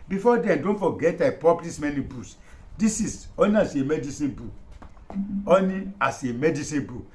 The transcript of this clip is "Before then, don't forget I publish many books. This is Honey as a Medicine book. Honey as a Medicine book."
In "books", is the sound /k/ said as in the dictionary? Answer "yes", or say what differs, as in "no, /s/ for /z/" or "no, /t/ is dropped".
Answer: no, /k/ is dropped